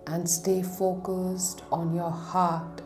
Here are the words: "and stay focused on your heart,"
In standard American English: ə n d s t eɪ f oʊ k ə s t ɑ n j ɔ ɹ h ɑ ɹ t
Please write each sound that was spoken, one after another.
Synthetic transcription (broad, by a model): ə n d s t eɪ f oʊ k ə s t ɑ n j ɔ h ɑ t